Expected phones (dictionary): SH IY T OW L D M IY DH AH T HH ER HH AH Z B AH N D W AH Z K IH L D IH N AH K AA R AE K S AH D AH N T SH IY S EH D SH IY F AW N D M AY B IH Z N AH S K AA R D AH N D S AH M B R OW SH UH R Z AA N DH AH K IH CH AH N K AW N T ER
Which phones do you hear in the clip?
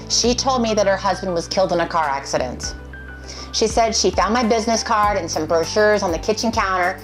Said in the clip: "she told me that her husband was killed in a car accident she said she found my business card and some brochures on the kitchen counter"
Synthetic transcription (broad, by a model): SH IY T OW L D M IY DH AH T HH ER HH AH Z B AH N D W AH Z K IH L D IH N AH K AA R AE K S AH D AH N T SH IY S EH D SH IY F AW N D M AY B IH Z N AH S K AA R D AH N S AH M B R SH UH R Z N DH AH K IH CH AH N K AW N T ER